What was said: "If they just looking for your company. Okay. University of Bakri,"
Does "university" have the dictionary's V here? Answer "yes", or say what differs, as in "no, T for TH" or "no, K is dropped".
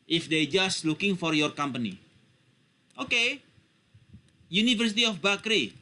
no, F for V